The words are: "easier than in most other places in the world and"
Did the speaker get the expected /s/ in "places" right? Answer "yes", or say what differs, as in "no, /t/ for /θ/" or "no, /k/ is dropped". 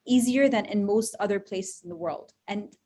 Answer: yes